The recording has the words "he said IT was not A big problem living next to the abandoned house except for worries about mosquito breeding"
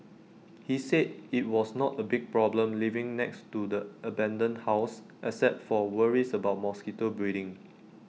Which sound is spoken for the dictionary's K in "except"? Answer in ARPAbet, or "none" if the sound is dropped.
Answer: none